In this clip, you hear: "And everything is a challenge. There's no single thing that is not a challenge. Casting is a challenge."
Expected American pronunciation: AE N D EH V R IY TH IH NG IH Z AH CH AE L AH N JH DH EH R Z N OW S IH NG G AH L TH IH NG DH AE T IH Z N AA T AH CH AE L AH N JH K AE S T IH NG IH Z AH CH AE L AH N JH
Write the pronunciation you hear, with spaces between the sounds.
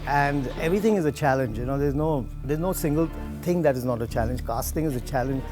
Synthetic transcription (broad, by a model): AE N D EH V R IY T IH NG IH Z AH CH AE L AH N JH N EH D Z N OW S IH NG G AH L T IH NG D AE T IH Z N AA T AH CH AE L AH N JH K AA S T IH NG IH Z AH CH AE L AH N JH